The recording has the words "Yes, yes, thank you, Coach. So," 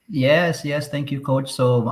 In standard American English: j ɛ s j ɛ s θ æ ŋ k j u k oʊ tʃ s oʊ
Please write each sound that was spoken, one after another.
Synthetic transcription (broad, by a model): j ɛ s j ɛ s t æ ŋ k j u k oʊ tʃ s oʊ